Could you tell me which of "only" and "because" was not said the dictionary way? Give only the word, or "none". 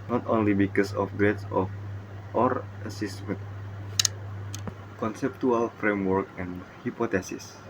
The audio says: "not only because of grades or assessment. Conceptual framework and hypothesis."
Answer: because